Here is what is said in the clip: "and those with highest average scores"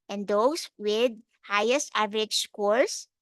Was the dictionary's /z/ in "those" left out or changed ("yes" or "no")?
yes